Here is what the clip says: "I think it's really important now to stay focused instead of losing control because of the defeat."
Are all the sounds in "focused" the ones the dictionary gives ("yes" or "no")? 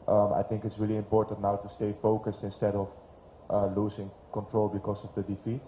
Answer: yes